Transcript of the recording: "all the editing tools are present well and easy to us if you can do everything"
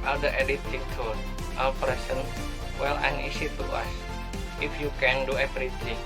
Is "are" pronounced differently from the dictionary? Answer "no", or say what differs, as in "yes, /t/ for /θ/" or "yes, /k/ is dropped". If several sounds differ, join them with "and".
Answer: yes, /l/ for /ɹ/